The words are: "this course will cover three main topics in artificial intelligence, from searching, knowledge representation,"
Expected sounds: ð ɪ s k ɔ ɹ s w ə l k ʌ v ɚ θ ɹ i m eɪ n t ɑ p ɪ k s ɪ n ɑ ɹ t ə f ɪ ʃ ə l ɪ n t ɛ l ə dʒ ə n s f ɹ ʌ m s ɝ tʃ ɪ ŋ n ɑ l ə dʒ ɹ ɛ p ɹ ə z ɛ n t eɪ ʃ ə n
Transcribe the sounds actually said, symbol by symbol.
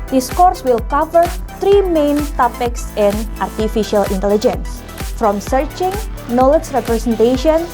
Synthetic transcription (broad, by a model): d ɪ s k ɔ ɹ s w ə l k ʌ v ɚ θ ɹ i m eɪ n t ɑ p ɪ k s ɪ n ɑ ɹ t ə f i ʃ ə l ɪ n t ɛ l ə dʒ ə n s f ɹ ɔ m s ɝ tʃ ɪ ŋ n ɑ l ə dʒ ɹ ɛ p ɹ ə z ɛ n t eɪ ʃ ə n